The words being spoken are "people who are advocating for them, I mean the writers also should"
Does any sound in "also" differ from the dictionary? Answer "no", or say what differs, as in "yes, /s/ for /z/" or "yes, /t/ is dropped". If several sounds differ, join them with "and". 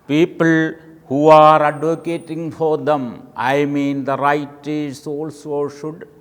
no